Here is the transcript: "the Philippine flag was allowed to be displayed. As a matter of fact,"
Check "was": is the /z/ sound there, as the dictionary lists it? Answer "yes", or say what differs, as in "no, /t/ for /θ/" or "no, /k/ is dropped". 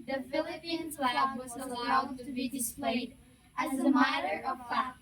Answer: yes